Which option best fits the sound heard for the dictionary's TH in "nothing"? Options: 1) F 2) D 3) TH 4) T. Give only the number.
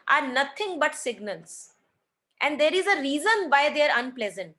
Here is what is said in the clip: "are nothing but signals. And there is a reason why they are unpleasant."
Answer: 4